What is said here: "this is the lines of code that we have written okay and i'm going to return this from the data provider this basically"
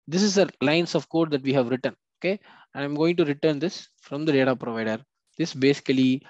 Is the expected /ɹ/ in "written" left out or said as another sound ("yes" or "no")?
no